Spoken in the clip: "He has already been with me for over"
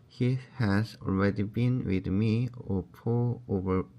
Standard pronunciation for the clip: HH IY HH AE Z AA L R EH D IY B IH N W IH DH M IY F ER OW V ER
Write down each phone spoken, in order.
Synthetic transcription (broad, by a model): HH IY HH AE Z AA L R EH D IY B IH N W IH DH M IY P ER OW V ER